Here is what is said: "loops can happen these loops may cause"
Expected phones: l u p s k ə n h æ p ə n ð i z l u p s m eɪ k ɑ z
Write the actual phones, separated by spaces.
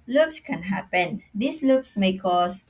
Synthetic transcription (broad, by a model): l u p s k ə n h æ p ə n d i s l u p s m eɪ k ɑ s